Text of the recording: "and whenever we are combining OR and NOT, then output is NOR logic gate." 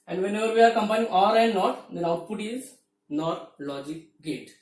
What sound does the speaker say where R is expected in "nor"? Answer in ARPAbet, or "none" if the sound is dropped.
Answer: R